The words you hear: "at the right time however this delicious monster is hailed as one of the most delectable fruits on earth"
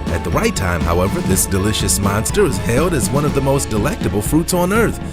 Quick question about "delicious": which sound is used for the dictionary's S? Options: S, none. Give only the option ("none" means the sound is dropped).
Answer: S